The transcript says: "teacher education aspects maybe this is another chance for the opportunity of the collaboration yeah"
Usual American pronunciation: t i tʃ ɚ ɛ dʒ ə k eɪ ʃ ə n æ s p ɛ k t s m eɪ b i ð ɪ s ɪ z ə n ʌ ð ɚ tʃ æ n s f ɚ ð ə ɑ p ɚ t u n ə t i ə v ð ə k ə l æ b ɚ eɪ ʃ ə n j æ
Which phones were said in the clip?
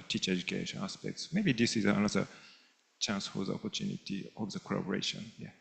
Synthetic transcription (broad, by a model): t i tʃ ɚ ɛ dʒ ə k eɪ ʃ ə n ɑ s p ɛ k t s m eɪ b i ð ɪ s ɪ z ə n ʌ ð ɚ tʃ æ n s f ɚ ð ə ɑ p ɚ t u n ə t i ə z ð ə k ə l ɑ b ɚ eɪ ʃ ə n j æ